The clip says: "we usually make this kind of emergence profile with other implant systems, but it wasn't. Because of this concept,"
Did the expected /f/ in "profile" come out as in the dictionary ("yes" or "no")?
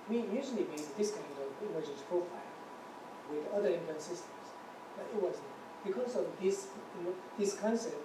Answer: yes